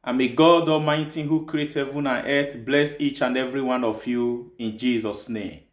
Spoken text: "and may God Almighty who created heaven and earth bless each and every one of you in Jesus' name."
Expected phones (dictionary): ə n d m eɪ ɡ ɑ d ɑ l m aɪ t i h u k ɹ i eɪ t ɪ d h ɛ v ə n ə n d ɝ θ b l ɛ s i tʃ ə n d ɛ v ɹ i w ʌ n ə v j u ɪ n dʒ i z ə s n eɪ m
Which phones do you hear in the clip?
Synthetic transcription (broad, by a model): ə m eɪ ɡ ɑ d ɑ m aɪ t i h u k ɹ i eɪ t h ɛ v ə n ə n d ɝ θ b l ɛ s i tʃ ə n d ɛ v ɹ i w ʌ n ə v j u ɪ n dʒ i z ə s n eɪ m